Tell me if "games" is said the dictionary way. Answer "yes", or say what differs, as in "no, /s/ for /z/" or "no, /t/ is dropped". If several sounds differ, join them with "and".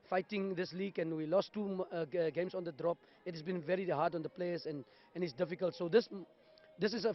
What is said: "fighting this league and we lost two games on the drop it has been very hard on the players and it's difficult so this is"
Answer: no, /s/ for /z/